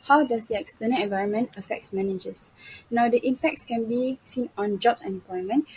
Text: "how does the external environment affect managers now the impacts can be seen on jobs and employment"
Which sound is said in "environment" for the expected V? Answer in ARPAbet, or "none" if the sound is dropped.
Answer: V